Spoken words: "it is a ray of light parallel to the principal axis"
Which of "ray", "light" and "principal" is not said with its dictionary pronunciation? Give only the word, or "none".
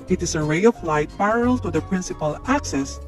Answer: none